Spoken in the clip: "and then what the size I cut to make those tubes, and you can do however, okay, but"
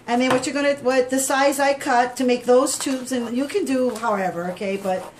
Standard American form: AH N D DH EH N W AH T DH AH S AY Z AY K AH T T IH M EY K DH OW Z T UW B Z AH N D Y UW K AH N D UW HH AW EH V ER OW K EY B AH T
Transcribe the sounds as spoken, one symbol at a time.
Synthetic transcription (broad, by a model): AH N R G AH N W AH T DH AH S AY Z AY K AH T T IH M EY K DH OW Z T UW B Z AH N Y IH K AH N D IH HH AW EH V ER OW K EY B AH T